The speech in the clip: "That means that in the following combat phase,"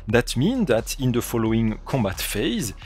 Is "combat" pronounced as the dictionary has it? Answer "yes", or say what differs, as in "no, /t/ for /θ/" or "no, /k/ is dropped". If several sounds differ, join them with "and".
yes